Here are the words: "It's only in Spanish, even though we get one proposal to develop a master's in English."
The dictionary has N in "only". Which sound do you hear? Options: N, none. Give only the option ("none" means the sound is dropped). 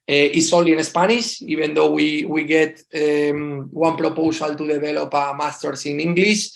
none